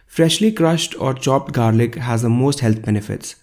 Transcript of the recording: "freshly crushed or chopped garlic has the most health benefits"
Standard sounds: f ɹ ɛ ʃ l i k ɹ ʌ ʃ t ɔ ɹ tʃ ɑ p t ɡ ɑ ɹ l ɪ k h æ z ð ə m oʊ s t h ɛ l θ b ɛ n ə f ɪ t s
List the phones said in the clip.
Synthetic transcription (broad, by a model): f ɹ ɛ ʃ l i k ɹ ʌ ʃ t ɔ ɹ tʃ ɑ p t ɡ ɑ ɹ l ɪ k h æ z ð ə m oʊ s t h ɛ l t b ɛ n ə f ɪ t s